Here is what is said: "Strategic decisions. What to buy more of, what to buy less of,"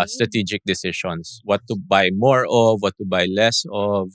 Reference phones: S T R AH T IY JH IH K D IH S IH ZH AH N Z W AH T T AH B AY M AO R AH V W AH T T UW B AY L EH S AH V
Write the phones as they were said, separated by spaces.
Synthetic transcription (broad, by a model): S T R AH T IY JH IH K D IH S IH SH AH N S W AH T T AH B AY M AO R AH V W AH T T UW B AY L EH S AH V